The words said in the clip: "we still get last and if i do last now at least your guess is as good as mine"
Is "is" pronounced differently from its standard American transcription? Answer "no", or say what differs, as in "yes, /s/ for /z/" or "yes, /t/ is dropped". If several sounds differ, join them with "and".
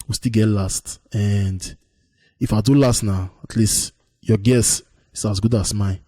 yes, /s/ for /z/